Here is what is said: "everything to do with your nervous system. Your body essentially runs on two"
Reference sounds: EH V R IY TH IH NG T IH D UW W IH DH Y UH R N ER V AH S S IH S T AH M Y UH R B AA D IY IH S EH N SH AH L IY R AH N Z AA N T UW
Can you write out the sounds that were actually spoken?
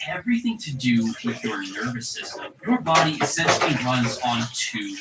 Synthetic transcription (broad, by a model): EH V R IY TH IH NG T IH D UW W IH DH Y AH R N ER V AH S S IH S T AH M Y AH R B AA D IY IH S EH N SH L IY R AH N Z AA N T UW